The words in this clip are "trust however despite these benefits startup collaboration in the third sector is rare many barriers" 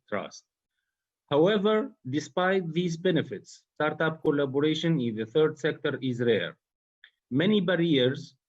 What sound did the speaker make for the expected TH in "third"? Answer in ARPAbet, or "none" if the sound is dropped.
TH